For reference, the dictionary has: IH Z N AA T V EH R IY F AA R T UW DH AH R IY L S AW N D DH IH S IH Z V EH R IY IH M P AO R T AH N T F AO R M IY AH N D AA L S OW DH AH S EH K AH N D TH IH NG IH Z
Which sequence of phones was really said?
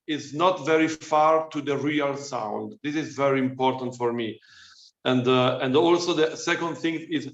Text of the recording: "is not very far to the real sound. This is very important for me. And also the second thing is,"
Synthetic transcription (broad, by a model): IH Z N AA T V EH R IY F AA R T UW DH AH R IY L S AW N D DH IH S IH Z V EH R IY IH M P AO R T AH N T F AO R M IY AH N D AA L S OW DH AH S EH K AH N D TH IH NG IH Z